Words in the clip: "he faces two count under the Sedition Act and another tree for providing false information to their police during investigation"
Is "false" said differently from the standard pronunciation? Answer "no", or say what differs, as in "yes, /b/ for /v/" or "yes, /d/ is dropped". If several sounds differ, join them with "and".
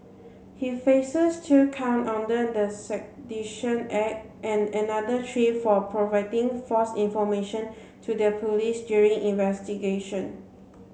yes, /l/ is dropped